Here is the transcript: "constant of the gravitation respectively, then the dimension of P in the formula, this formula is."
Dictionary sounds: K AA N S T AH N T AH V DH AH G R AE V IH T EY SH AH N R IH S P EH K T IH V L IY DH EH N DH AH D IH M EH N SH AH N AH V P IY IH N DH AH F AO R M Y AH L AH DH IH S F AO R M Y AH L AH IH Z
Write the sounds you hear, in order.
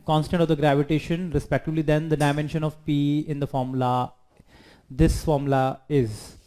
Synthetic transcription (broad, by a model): K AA N S T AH N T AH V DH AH G R AE V IH T EY SH AH N R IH S P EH K T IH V L IY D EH N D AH D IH M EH N SH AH N AH V P IY IH N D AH F AO R M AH L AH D IH S F AO R M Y L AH IH Z